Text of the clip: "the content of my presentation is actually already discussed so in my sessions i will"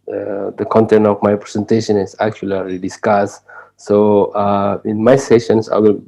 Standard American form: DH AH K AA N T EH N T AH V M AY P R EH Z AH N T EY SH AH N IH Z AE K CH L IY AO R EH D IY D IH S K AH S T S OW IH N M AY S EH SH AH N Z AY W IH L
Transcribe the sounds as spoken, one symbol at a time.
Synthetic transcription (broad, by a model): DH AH K AA N T EH N T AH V M AY P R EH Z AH N T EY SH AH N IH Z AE K CH IY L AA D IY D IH S K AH S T S OW IH N M AY S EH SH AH N S AY W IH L